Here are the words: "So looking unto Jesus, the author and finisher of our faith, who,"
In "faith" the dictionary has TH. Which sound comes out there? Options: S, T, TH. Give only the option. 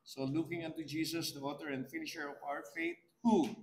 T